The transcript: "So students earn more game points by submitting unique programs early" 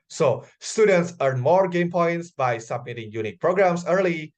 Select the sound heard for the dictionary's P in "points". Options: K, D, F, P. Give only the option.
P